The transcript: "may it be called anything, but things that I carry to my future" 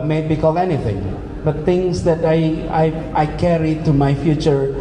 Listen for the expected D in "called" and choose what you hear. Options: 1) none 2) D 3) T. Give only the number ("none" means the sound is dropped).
1